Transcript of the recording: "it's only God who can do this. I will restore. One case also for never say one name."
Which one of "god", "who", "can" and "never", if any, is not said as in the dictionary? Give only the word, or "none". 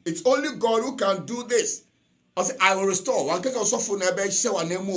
never